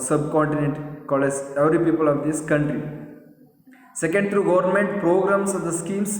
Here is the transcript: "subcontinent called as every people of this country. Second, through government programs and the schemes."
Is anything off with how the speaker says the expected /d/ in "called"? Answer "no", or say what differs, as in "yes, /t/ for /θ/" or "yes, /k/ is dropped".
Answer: yes, /d/ is dropped